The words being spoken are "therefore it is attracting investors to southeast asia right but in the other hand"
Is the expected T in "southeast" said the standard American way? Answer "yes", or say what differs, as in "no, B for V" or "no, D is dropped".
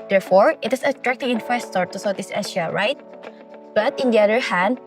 no, T is dropped